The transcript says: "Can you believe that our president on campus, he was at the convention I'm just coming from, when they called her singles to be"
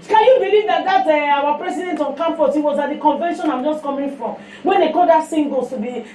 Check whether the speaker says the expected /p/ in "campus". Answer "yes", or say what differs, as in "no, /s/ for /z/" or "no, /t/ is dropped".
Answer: no, /f/ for /p/